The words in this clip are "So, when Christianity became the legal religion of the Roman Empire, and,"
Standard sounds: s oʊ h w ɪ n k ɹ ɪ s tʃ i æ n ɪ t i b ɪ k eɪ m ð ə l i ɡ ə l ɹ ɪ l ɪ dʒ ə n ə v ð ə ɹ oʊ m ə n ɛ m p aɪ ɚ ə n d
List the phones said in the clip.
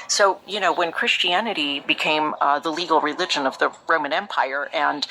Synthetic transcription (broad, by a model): s oʊ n w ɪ n k ɹ ɪ s tʃ i æ n ɪ t i b ɪ k eɪ m ð ə l i ɡ l ɹ ɪ l ɪ dʒ ə n ə v ð ə ɹ oʊ m ə n ɛ m p aɪ ɚ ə n